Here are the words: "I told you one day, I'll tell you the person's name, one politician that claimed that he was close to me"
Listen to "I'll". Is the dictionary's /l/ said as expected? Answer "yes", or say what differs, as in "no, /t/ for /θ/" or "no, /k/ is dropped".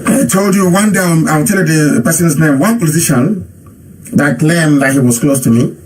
no, /w/ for /l/